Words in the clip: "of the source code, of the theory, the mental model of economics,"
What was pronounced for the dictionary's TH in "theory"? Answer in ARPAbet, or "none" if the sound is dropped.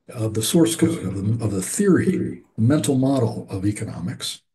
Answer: TH